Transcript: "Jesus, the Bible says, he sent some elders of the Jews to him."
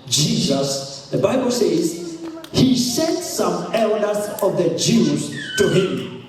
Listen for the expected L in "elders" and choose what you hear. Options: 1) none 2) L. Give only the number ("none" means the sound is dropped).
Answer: 2